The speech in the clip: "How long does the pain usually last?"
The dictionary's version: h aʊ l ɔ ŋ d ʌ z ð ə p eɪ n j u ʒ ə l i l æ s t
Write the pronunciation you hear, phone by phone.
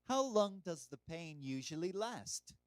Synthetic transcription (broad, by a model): h aʊ l ɔ ŋ d ʌ z ð ə p eɪ n j u ʒ ə l i l æ s t